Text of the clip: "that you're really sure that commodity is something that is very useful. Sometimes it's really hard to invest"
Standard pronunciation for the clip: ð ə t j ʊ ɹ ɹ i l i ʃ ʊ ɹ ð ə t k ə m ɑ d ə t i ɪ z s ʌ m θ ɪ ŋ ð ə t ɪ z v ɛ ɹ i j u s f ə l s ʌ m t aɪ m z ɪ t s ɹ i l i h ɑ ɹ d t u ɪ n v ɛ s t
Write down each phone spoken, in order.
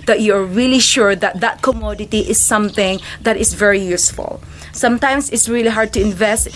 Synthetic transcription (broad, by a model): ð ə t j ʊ ɹ ɹ i l i ʃ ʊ ɹ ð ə t k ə m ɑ d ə t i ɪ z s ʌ m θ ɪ ŋ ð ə t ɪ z v ɛ ɹ i j u s f ə l s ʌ m t aɪ m s ɪ t s ɹ i l i h ɑ ɹ d t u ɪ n v ɛ s t